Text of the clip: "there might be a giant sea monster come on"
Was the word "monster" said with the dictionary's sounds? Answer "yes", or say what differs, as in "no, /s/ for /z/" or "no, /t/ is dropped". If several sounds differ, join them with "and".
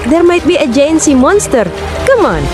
yes